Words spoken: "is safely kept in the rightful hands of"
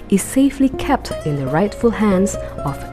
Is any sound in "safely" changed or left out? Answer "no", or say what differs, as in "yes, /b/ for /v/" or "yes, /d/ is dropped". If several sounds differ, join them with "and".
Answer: no